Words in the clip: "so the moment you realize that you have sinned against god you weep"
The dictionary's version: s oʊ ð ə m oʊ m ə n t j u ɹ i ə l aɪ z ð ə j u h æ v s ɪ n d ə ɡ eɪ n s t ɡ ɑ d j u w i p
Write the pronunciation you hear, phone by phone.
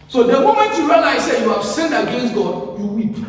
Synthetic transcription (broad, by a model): s oʊ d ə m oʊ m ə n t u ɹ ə n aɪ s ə j u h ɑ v s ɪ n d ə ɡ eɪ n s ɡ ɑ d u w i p